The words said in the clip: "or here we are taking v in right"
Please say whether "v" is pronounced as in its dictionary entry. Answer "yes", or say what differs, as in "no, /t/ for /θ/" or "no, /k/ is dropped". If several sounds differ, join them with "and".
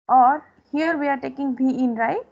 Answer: no, /b/ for /v/